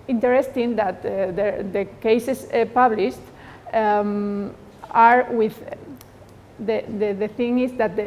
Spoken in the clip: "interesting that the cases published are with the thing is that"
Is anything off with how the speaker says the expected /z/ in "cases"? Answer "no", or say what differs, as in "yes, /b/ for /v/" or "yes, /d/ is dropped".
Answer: yes, /s/ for /z/